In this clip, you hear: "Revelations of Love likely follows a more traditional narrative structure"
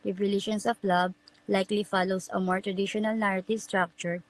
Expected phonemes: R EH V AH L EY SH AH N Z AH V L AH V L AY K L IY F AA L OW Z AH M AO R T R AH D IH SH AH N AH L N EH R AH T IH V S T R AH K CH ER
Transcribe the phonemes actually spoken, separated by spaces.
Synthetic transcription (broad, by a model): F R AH L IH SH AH N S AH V L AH B L AY K L IY F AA L OW S AH M AO R T R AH D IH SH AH N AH L N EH R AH T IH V S T R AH K CH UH